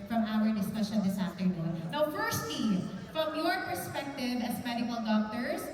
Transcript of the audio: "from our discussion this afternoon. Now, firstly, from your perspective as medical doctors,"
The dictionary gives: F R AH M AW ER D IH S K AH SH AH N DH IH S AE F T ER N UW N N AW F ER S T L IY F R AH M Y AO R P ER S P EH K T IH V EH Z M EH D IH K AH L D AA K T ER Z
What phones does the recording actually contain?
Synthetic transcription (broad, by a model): F R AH M AW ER D IH S K AH SH AH N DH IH S AE F T ER N UW N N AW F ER S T IY F R AH M Y AO R P ER S P EH K T IH V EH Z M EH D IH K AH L D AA K T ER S